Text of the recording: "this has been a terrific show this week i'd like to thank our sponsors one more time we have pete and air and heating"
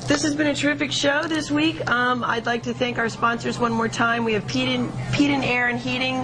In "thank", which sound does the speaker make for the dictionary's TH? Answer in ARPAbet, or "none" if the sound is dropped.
TH